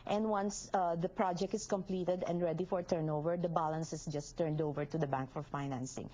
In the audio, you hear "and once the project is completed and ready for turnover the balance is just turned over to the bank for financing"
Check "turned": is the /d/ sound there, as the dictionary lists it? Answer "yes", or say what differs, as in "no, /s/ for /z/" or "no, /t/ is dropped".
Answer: yes